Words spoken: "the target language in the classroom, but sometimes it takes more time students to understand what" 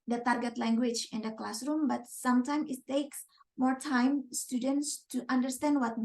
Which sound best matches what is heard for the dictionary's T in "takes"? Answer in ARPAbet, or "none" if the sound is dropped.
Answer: T